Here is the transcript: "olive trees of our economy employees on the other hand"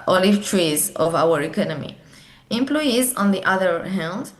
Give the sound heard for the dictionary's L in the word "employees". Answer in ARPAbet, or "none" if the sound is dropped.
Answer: L